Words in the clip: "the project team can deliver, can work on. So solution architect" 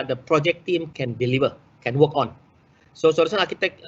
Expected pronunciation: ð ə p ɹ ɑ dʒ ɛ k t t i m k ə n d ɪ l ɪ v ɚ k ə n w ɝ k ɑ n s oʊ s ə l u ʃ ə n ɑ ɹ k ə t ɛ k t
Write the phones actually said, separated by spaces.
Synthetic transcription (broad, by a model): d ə p ɹ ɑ dʒ ɛ k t t i m k ə n d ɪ l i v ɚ k ə n w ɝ k ɑ n s oʊ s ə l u s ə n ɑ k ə t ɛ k